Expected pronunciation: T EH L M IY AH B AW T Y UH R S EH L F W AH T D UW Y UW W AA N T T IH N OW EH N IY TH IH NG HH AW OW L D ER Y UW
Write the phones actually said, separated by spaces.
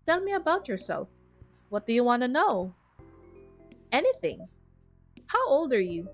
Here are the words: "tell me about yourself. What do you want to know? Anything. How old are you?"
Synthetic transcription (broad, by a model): T EH L M IY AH B AW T Y UH R S EH L F W AH T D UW Y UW W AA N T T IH N OW EH N IY TH IH NG HH AW OW L D ER Y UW